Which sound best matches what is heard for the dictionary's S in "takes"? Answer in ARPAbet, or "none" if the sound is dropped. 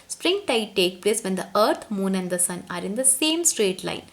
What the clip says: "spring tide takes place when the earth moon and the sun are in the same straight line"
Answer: none